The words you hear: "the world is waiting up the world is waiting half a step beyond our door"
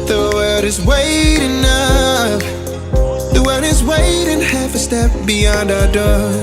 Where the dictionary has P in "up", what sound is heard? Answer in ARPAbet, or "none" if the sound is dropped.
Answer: F